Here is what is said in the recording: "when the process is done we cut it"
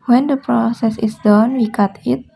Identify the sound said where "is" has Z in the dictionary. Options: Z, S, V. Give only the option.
S